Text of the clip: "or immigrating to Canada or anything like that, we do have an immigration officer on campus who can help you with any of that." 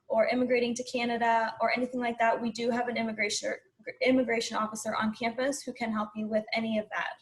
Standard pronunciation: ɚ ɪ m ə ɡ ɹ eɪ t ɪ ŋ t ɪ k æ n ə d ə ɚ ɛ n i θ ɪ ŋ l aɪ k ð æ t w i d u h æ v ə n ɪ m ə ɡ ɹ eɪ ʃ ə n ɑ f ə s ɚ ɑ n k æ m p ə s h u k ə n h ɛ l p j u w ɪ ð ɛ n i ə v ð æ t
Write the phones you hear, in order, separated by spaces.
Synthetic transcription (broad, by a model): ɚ ɪ m ə ɡ ɹ eɪ t ɪ ŋ t ɪ k æ n ə d ə ɚ ɛ n i θ ɪ ŋ l aɪ k ð æ t w i d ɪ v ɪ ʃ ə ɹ ɪ m ə ɡ ɹ eɪ ʃ ə n ɑ f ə s ɚ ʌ n k æ m p ə s h u k ə n h ɛ l p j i w ɪ ð ɛ n i ə v ð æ t